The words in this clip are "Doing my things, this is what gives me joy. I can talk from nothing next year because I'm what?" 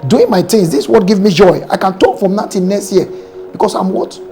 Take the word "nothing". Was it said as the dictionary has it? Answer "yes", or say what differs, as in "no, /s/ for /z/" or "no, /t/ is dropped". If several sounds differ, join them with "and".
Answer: no, /t/ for /θ/